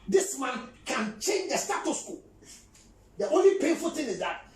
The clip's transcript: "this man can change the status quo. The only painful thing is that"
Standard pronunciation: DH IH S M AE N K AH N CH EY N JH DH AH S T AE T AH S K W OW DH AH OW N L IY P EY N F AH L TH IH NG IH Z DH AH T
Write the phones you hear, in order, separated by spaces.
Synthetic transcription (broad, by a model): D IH S M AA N K AH N CH EY N JH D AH S T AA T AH S K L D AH OW N L IY P EY N F AH L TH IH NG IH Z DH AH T